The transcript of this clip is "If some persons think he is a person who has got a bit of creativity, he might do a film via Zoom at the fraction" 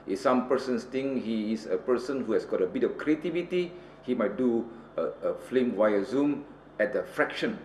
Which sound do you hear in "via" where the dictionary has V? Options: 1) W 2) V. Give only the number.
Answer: 1